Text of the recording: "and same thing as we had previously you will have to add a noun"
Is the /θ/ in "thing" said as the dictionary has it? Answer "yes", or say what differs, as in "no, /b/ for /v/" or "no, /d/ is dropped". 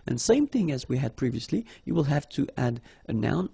yes